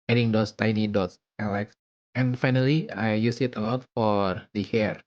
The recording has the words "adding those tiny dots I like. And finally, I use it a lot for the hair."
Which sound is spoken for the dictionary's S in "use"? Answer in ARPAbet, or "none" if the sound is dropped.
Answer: S